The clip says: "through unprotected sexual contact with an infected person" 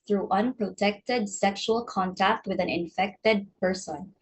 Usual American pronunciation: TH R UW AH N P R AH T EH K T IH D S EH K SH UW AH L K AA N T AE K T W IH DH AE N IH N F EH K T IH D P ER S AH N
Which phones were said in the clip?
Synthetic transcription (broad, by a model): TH R UW AH N P R AH T EH K T IH D S EH K SH UW AH L K AA N T AE K T W IH DH AE N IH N F EH K T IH D P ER S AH N